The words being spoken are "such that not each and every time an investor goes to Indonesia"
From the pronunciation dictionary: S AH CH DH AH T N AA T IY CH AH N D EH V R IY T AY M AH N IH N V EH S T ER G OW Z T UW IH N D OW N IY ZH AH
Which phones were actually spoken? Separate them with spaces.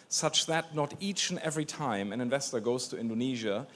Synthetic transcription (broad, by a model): S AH CH DH AH T N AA T IY CH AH N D EH V R IY T AY M AH N IH N V EH S T ER G OW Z T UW IH N D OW N IY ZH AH